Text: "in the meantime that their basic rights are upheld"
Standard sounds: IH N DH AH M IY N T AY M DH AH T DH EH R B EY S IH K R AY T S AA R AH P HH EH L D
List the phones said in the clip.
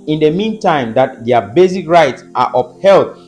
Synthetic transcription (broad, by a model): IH N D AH M IY N T AY M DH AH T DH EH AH B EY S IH K R AY T S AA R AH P HH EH L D